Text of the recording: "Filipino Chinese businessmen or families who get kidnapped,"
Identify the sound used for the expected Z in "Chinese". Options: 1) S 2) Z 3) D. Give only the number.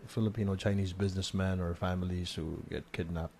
2